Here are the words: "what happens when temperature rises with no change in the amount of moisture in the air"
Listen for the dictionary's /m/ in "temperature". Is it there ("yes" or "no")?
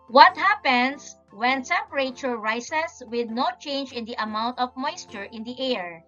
no